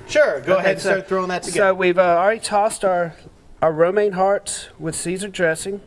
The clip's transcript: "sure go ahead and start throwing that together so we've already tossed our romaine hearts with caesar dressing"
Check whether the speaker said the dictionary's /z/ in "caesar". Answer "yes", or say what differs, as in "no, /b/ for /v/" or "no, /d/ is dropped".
yes